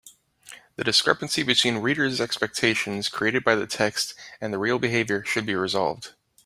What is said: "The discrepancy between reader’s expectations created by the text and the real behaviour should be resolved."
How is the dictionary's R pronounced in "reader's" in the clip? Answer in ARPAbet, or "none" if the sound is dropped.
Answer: R